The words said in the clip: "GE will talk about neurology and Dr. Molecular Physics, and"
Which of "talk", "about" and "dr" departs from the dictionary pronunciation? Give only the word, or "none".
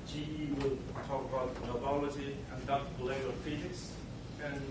dr